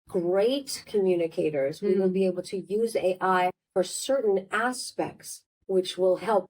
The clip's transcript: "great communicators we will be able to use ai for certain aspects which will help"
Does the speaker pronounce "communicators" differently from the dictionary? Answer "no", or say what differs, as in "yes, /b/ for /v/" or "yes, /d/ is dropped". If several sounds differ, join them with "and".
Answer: no